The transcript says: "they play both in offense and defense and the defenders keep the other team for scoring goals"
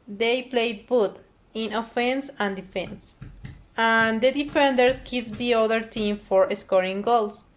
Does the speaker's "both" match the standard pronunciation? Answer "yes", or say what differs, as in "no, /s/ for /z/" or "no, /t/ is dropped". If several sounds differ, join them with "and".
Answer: no, /t/ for /θ/